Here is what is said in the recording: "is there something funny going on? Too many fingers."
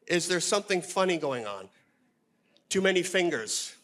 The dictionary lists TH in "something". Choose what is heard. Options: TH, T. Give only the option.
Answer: TH